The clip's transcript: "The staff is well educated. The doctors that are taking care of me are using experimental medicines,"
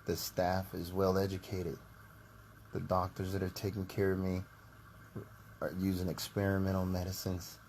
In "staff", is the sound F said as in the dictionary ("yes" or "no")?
yes